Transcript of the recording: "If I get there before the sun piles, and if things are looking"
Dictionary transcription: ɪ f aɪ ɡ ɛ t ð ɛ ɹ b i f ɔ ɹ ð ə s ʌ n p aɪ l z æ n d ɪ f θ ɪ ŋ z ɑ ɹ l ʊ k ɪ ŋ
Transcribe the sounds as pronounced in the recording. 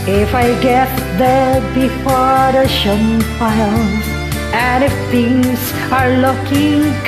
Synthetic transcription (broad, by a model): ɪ f aɪ ɡ ɛ t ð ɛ b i f ɔ ɹ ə ʃ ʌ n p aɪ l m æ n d ɪ f t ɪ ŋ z ɑ ɹ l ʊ k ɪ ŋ